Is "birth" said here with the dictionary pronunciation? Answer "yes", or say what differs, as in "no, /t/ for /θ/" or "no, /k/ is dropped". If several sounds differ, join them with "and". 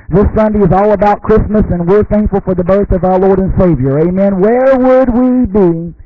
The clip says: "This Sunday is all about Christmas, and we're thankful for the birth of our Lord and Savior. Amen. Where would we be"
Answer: yes